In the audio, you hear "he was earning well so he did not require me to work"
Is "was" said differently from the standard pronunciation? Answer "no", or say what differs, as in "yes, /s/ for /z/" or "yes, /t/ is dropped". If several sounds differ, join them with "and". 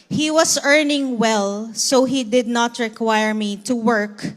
yes, /s/ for /z/